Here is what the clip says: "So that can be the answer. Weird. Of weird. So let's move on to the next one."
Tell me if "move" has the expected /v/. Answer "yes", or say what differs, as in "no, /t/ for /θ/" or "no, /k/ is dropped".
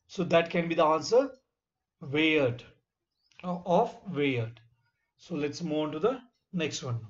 no, /v/ is dropped